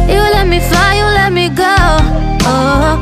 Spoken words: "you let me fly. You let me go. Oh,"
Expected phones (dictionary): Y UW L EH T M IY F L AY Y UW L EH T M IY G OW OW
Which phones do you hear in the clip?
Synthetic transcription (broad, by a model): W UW L EH T M IY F AY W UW L EH T M IY G OW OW